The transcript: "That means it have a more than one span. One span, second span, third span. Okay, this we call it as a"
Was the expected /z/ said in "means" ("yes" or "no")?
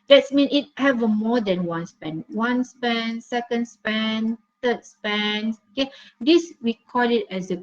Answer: no